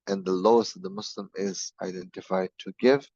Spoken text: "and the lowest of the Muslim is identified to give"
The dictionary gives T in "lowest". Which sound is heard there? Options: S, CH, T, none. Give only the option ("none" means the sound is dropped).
T